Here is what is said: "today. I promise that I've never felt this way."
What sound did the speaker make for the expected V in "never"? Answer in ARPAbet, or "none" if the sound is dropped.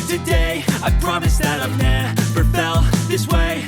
P